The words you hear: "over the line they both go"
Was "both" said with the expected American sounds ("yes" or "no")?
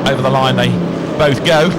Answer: yes